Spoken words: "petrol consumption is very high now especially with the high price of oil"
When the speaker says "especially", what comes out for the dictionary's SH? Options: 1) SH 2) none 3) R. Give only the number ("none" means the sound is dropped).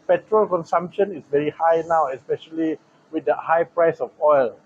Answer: 1